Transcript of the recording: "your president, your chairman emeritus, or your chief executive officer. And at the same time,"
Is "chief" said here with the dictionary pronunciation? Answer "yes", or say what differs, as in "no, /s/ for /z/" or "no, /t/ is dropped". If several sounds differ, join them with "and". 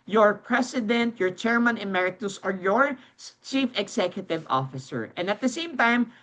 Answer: yes